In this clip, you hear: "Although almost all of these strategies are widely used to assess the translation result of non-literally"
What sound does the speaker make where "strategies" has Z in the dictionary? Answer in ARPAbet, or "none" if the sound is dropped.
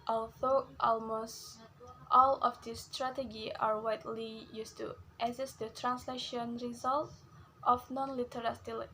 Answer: none